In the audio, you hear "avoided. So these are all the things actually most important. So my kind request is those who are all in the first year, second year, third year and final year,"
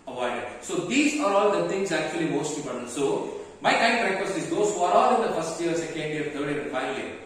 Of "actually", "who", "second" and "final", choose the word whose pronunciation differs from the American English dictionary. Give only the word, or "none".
final